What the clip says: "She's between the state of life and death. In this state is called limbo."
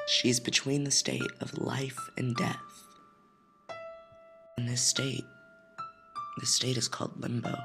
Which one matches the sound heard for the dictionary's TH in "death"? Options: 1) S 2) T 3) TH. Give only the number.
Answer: 3